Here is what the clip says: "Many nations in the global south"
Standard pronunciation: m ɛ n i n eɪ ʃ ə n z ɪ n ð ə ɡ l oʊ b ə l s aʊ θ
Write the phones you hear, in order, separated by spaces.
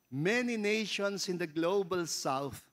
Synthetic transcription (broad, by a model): m ɛ n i n eɪ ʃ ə n s ɪ n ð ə ɡ l oʊ b ə l s aʊ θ